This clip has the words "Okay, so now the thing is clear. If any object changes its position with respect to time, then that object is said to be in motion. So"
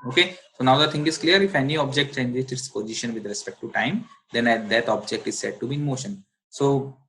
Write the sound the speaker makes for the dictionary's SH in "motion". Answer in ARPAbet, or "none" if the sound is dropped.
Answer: SH